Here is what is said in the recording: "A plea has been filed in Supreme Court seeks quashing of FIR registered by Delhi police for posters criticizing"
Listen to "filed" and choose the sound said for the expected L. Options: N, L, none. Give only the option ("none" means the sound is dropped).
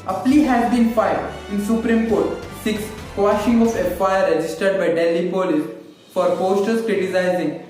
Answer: none